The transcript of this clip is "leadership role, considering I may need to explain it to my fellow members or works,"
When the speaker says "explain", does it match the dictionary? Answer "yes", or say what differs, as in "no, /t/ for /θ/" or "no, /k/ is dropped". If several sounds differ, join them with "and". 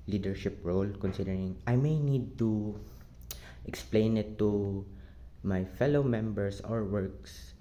yes